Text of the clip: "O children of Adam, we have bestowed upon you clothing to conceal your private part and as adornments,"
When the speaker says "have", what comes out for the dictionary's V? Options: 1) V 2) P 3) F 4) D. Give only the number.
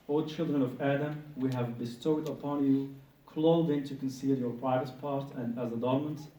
1